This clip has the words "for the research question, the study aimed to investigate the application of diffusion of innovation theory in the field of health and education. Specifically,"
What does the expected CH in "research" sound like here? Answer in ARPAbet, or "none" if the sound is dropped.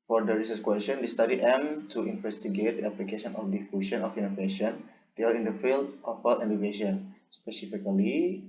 S